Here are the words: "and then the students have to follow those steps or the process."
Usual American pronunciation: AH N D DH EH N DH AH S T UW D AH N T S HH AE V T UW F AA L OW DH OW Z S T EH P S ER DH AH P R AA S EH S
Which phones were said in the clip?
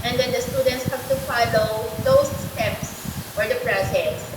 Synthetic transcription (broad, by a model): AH N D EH N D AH S T UW D AH N T S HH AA P T UW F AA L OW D OW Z S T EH P S ER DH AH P R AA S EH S